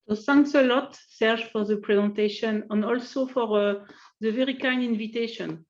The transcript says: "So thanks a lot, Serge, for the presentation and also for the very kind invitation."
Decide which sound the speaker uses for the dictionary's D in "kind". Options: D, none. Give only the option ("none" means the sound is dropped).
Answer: none